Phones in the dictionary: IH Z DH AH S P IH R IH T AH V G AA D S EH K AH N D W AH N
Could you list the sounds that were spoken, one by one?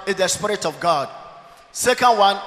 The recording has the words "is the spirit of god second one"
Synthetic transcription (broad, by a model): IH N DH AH S P IH R IH T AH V G AA D S EH K AH N D W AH N